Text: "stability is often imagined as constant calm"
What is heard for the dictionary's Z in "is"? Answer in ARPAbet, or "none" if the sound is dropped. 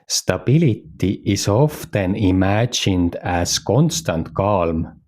S